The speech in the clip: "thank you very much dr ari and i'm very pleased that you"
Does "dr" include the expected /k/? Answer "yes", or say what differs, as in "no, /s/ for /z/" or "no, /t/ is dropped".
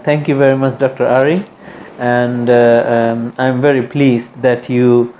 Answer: yes